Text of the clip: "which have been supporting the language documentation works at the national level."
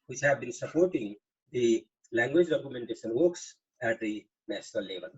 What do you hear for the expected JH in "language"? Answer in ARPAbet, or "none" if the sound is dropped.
JH